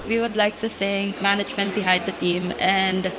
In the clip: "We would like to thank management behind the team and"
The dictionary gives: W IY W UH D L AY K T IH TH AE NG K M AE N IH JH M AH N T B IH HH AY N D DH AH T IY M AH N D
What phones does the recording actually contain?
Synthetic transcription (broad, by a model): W IY W UH D L AY K T IH S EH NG M AE N IH JH M AH N T B IH HH AY N D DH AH T IY M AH N D